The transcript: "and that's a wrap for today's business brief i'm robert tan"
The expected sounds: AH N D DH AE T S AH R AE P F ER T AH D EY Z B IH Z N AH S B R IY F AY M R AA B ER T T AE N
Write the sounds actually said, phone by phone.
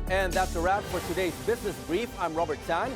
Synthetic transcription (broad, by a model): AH N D DH AE T S AH R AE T F ER T AH D EY Z B IH Z N AH S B R IY F AY M R AA B ER T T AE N